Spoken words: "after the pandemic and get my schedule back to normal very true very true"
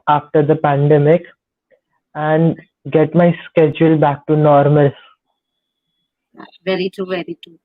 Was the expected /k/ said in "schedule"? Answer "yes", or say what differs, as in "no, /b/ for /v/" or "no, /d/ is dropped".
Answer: yes